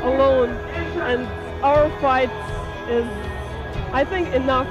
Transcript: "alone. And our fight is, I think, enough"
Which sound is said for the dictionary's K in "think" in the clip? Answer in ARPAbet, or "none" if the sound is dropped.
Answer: K